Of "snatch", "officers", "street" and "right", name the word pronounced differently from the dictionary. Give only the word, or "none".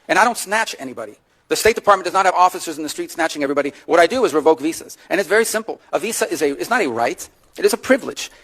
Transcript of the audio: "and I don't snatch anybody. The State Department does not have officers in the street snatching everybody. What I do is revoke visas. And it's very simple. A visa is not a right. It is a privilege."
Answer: none